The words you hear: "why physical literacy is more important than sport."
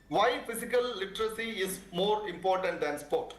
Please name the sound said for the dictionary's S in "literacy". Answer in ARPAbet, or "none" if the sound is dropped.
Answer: S